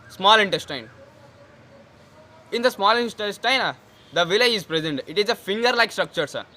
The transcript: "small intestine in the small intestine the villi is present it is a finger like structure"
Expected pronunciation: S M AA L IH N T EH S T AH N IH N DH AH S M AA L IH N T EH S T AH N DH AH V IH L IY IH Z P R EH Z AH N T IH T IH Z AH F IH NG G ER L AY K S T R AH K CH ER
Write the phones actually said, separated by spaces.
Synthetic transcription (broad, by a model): S M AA L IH N T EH S T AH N IH N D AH S M AA L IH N T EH S T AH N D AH V IH L IY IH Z P R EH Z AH N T IH T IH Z AH F IH NG G ER L AY K S T R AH K CH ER